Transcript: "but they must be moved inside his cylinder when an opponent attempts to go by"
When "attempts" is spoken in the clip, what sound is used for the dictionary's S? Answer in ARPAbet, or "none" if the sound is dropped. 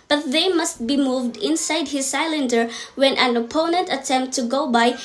none